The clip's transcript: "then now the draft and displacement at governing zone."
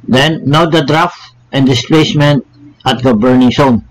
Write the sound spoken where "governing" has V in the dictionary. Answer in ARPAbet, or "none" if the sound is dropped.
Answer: B